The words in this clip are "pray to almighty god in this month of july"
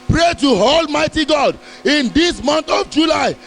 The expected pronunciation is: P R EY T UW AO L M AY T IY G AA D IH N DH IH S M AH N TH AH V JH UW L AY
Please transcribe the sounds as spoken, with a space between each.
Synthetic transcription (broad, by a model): P R EY T UW AO L M AY T IY G AA D IH N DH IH S M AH N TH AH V JH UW L AY